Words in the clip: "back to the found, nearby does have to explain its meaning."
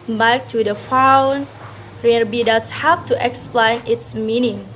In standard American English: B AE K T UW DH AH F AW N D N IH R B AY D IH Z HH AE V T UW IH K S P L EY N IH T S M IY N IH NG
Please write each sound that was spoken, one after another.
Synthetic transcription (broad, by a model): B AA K T UW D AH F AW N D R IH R B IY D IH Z HH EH P T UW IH K S P L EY N IH T S M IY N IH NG